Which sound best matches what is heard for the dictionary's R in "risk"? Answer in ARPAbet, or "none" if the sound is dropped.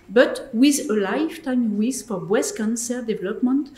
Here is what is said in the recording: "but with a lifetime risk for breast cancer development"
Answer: W